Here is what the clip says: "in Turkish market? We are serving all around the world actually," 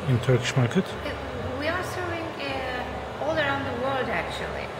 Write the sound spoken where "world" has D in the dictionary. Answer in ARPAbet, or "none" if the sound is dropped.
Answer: D